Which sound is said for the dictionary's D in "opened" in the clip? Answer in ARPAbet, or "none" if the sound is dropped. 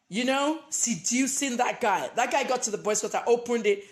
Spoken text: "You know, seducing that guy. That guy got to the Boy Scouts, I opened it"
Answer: D